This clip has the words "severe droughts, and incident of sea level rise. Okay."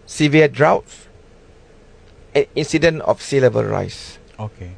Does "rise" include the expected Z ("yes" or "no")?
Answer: no